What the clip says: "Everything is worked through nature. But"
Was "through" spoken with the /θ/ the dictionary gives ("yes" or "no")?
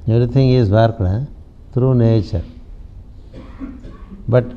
no